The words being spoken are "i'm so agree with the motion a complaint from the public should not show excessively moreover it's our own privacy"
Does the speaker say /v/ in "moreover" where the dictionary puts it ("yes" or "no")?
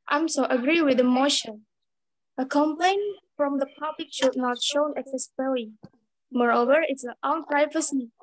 yes